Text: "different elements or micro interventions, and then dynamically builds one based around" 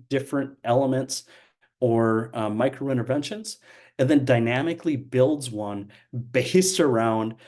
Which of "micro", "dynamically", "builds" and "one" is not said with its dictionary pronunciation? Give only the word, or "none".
none